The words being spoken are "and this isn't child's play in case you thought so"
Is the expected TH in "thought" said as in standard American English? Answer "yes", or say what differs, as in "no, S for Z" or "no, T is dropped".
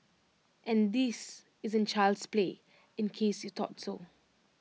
no, T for TH